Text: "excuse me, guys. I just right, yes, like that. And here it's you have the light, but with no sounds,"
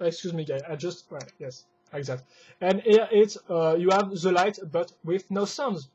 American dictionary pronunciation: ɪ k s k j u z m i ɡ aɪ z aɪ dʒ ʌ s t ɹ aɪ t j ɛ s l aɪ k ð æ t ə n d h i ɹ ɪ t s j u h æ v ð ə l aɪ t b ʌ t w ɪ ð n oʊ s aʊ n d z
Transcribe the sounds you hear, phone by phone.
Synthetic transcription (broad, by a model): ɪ k s k j u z m i ɡ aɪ aɪ dʒ ʌ s t w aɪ j ɛ s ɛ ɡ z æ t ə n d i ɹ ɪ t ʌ j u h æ v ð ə l aɪ t b ʌ t w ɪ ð n oʊ s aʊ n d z